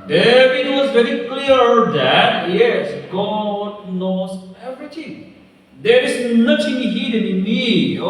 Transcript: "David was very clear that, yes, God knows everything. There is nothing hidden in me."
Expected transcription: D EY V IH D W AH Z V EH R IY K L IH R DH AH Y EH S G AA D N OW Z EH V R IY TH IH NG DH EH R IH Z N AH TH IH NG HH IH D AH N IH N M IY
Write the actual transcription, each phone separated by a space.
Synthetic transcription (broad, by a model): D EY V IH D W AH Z V EH R IY K L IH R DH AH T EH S G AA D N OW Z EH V R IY T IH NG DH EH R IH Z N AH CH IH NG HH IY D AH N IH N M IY